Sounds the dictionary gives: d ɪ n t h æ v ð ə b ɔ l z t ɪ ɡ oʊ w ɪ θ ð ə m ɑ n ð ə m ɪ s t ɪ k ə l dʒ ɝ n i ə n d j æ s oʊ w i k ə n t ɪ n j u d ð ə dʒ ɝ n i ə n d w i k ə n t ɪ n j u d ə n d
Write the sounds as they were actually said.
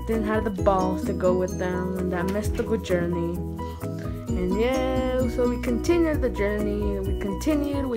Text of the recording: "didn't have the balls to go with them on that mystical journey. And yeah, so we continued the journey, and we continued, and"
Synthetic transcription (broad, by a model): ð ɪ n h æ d ð ə b ɔ l t ɪ ɡ oʊ w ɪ ð ə m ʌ n ð ə m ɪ s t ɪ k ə dʒ ɝ n i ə n j æ s oʊ w i k ə n t ɪ n j u d ð ə dʒ ɝ n i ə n w i k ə n t ɪ n j u d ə